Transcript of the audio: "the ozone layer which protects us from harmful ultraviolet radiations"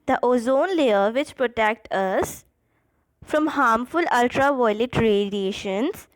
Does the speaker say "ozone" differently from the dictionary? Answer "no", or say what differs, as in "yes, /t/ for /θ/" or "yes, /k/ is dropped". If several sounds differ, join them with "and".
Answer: no